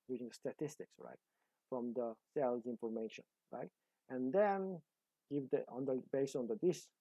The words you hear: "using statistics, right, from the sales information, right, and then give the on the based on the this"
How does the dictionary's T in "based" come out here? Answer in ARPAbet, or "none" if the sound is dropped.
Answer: none